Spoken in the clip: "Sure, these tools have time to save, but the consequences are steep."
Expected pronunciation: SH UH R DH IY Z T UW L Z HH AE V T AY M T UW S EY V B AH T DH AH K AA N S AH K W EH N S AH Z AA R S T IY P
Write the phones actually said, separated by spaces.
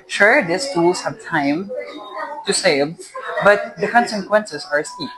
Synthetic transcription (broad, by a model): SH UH R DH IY S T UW L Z HH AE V T AY M T UW S EY V B AH T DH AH K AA N S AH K W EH N S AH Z AA R S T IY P